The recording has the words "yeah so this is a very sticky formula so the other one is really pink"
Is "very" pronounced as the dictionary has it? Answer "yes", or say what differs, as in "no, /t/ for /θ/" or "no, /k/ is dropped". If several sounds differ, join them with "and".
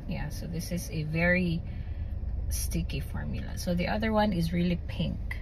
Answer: yes